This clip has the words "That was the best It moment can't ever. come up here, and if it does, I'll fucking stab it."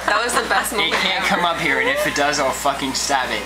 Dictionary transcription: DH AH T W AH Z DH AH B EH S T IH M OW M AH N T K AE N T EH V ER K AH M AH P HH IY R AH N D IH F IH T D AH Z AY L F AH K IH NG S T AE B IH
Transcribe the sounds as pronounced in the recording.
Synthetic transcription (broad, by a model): DH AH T W AH Z DH AH B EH S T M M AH T K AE N K AH M AH P HH IY R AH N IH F IH T D AH Z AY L F AH K IH NG S T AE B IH